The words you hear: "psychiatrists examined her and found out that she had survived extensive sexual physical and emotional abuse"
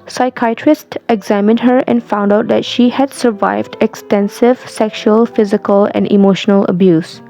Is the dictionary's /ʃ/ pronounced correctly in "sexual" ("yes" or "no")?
yes